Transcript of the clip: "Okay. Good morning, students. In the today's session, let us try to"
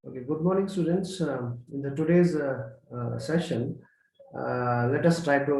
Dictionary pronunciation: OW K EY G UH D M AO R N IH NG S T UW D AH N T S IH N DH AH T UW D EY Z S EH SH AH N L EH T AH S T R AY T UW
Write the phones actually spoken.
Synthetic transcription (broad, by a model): OW K EY G UH D M AO R N IH NG S T UW D AH N T S IH N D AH T UW D EY Z S EH SH AH N L EH T AH S T R AY T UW